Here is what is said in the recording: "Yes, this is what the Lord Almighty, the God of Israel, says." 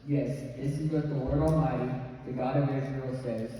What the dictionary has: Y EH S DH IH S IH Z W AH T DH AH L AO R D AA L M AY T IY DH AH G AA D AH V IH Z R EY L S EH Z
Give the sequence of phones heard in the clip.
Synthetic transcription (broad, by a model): Y EH S DH IH S IH Z W AH T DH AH W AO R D AA L M AY T IY DH AH G AA D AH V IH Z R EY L S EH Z